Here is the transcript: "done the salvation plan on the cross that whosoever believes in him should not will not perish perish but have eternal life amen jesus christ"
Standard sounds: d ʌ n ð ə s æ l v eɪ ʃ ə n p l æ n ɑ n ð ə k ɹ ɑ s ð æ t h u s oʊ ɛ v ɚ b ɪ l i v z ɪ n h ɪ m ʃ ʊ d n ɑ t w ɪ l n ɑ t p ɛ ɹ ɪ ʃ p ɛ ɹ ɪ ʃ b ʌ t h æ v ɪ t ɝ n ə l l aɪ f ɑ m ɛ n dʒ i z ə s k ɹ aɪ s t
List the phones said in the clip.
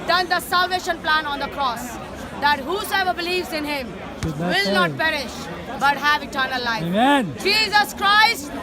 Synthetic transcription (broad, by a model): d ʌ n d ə s æ l v eɪ ʃ ə n p l æ n ɑ n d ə k ɹ ɑ s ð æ t h u s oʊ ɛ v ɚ b ɪ l i v z ɪ n h ɪ m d w ɪ l n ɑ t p p ɛ ɹ ɪ ʃ b ʌ t h æ v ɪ t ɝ n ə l l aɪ ɑ m ɛ n dʒ i z ə s k ɹ aɪ s t